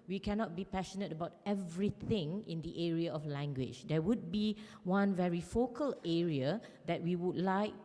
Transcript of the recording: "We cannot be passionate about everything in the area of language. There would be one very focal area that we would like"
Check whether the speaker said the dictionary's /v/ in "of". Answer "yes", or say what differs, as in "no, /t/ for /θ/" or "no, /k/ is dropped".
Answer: no, /f/ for /v/